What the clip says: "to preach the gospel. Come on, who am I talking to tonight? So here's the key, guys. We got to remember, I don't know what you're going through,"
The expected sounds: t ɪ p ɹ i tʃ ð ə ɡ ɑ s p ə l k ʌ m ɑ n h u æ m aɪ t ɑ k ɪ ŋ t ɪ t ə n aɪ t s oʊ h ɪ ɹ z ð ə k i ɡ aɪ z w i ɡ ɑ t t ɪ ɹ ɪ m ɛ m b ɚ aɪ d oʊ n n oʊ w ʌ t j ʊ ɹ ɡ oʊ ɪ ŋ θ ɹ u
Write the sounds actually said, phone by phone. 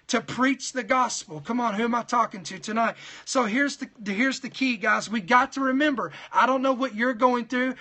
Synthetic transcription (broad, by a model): t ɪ p ɹ i tʃ ð ə ɡ ɑ s p l k ʌ m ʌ n h u m aɪ t ɑ k ɪ ŋ t ɪ t ə n aɪ t s oʊ h ɪ ɹ z ð ə k i ɡ aɪ z w i ɡ ɑ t t ɪ ɹ ɪ m ɛ m b ɚ aɪ d oʊ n n oʊ w ʌ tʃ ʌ ɹ ɡ oʊ ɪ ŋ θ ɹ u